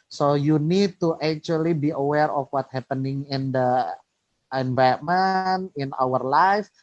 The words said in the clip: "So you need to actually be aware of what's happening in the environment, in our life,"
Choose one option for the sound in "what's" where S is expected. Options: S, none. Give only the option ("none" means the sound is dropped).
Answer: none